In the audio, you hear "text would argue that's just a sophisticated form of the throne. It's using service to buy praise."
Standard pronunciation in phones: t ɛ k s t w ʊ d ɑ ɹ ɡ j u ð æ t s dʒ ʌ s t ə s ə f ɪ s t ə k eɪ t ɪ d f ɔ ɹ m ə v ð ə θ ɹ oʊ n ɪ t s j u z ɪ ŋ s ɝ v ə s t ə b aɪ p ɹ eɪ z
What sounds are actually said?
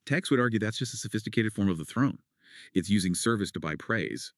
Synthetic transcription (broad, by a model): t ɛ k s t w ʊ d ɑ ɹ ɡ j u ð æ t s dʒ ʌ s t ə s ə f ɪ s t ə k eɪ t ɪ d f ɔ ɹ m ə v ð ə θ ɹ oʊ n ɪ t s j u z ɪ ŋ s ɝ v ə s t ə b aɪ p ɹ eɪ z